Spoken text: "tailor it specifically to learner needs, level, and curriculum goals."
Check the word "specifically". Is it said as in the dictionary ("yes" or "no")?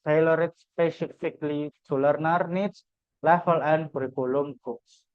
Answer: yes